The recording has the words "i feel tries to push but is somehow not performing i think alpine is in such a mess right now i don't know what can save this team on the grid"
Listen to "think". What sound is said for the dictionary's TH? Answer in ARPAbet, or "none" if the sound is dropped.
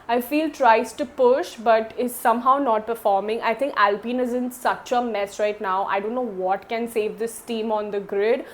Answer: T